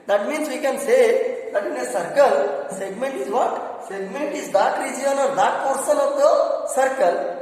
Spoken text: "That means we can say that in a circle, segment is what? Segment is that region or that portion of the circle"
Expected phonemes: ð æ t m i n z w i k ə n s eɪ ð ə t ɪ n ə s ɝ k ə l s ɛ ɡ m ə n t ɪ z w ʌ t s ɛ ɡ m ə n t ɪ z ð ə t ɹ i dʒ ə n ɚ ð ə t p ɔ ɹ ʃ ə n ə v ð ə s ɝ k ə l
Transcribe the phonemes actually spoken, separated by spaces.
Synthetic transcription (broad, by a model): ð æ t m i n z w i k ə n s eɪ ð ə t ɪ n ə s ɝ k ə l s ɛ ɡ m ə n t ɪ z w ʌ t s ɛ ɡ m ə n t ɪ z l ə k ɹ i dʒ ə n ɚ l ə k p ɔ ɹ s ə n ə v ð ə s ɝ k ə l